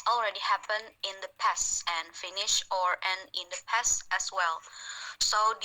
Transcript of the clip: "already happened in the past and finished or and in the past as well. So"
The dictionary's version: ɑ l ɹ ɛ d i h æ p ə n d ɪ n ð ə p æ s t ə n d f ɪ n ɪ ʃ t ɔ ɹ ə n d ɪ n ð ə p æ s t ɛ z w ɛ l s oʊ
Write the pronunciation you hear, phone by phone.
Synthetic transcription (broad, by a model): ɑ l ɹ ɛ d i h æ p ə n ɪ n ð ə p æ s ə n f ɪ n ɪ ʃ ɔ ɹ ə n ɪ n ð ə p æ s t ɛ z w ɛ l s oʊ